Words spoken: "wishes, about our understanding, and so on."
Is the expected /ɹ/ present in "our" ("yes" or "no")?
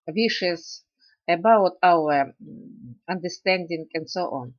no